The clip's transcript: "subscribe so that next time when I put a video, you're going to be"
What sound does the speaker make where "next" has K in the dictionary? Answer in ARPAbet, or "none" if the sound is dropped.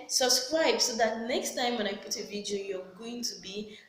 K